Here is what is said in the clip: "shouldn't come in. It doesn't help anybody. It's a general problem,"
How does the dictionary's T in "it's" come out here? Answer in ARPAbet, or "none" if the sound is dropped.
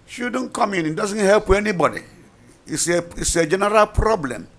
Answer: S